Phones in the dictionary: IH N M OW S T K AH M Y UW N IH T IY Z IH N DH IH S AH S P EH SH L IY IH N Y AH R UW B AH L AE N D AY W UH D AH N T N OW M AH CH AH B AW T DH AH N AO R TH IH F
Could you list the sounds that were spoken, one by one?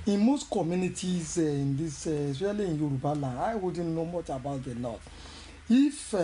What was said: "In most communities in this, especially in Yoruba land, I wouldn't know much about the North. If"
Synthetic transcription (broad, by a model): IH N M OW S T K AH M Y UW N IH T IY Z IH N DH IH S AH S EH L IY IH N Y AH R UW B AH L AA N AY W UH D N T N OW M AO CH AH B AW T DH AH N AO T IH F